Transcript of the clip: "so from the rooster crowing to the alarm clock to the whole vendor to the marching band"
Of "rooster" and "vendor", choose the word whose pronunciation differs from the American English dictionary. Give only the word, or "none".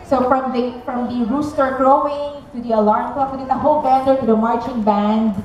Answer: vendor